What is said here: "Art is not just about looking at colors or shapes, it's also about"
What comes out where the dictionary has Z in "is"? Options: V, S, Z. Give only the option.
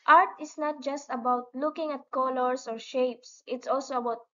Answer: S